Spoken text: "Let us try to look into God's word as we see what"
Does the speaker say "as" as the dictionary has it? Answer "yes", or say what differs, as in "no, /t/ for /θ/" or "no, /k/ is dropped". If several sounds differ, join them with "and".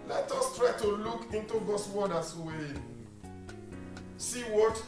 no, /s/ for /z/